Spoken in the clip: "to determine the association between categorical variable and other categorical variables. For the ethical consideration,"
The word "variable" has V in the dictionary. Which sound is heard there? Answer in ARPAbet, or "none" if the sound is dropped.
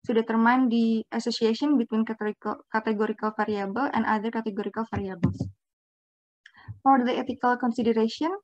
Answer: F